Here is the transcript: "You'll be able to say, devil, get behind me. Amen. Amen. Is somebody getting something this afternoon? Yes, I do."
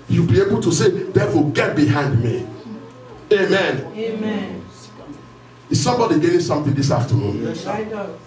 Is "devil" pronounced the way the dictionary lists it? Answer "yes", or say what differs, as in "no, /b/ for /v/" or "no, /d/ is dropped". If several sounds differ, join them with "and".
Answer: no, /f/ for /v/